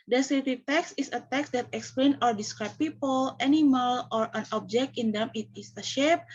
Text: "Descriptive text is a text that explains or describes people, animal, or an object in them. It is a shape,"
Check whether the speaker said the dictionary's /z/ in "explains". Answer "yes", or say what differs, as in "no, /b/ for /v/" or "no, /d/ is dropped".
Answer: no, /z/ is dropped